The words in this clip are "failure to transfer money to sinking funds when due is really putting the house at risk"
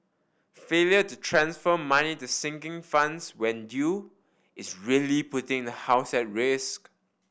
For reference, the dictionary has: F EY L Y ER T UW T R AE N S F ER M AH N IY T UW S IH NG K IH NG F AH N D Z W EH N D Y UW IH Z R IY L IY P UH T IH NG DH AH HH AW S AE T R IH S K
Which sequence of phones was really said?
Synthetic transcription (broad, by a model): F EY L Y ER T UW T R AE N S F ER M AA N IY T UW S IH NG K IH NG F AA N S W EH N D Y UW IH S R IY L IY P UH T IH NG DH AH HH AW S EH T R IH S K